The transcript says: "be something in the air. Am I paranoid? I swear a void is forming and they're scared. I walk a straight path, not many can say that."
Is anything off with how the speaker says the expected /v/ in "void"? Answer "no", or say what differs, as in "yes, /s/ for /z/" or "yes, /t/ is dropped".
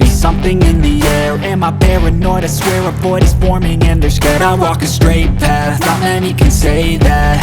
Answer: yes, /f/ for /v/